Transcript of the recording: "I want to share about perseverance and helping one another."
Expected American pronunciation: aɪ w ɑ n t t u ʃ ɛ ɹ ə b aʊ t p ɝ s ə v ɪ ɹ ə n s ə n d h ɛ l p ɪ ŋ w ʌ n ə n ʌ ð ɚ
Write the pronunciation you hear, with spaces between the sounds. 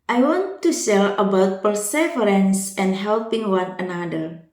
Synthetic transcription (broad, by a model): aɪ w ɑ n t t u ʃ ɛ l ə b aʊ t p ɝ s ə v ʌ ɹ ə n s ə n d h ɛ l p ɪ ŋ w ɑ n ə n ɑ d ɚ